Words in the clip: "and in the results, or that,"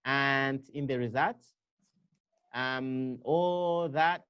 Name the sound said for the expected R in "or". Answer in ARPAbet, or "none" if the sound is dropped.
L